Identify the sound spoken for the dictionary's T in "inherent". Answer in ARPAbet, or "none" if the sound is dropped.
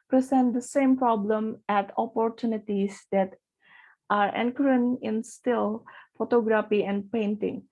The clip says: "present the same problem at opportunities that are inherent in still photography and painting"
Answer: none